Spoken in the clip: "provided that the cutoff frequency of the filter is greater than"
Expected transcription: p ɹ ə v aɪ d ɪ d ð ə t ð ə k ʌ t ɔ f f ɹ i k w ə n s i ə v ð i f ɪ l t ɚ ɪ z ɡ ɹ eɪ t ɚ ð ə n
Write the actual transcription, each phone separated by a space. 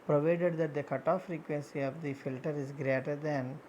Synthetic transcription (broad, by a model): p ɹ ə v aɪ d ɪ d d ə t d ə k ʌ t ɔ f f ɹ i k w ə n s i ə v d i f ɪ l t ɚ ɪ z ɡ ɹ eɪ t ɚ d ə n